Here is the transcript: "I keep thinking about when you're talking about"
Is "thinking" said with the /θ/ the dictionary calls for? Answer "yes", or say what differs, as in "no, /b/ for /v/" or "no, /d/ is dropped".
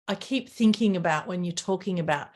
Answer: yes